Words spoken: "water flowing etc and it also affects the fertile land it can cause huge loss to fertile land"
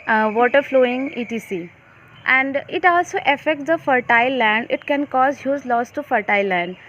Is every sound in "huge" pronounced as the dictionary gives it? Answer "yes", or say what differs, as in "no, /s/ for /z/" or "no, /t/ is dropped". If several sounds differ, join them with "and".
no, /z/ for /dʒ/